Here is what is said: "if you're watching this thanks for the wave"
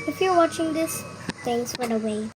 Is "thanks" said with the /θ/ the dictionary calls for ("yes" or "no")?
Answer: no